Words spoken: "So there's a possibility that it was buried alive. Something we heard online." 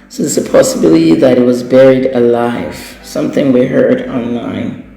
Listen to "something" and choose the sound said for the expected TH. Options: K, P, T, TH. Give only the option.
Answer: TH